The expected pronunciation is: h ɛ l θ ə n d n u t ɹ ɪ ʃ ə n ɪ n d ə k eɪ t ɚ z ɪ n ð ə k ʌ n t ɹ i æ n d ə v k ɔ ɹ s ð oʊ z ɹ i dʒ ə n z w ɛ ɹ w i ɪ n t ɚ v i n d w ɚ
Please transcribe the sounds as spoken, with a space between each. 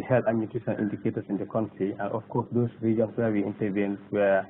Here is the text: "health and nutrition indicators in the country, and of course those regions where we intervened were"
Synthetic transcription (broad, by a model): h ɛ l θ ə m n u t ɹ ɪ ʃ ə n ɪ n d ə k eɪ t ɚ s ɪ n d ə k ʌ n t ɹ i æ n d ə f k ɔ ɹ s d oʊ s ɹ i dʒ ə n s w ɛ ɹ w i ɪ n t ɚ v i n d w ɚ